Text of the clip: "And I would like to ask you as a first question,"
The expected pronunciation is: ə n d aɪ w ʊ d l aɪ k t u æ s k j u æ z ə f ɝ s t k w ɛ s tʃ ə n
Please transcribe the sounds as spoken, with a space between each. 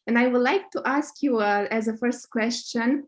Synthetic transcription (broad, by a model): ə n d aɪ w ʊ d l aɪ k t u æ s k j u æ z ə f ɝ s t k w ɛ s tʃ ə n